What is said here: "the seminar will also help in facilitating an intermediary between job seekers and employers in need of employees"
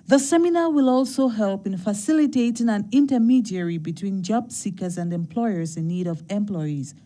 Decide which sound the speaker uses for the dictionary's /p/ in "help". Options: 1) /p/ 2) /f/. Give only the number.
1